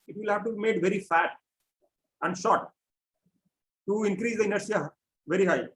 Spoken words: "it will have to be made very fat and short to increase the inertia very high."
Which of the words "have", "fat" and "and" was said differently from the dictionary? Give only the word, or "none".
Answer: none